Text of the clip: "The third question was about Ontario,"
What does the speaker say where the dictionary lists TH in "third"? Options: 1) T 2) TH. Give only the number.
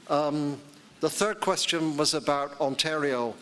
2